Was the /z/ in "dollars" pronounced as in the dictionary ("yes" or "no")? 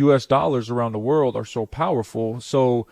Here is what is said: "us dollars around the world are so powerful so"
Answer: yes